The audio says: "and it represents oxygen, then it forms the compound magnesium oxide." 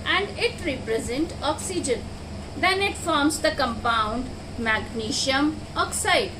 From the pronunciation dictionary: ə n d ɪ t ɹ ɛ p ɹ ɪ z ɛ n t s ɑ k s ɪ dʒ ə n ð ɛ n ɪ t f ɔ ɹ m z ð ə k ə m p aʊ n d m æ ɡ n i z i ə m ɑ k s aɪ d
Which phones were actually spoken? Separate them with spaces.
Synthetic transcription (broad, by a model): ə n d ɪ t ɹ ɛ p ɹ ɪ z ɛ n t ɑ k s ɪ dʒ ə n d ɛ n ɪ t f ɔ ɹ m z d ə k ə m p aʊ n d m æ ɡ n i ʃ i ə m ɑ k s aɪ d